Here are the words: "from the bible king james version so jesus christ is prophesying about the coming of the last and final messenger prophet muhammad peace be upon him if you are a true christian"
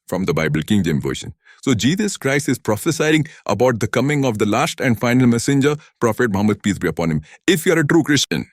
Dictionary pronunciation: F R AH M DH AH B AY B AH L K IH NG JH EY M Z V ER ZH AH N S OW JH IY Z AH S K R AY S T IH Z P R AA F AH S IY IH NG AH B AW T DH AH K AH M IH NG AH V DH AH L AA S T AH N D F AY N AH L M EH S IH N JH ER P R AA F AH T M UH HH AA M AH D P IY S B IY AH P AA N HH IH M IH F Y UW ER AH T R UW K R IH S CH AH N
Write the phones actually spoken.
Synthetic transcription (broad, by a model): F R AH M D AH B AY B AH L K IH NG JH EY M V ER SH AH N S OW JH IY Z AH S K R AY S T IH Z P R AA F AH S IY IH NG AH B AW T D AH K AH M IH NG AH V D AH L AA S T AH N D F AY N AH L M EH S IH N JH ER P R AA F AH T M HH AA M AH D P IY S B IY AH P AA N HH IH M IH F Y UW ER AH T R UW K R IH S CH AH N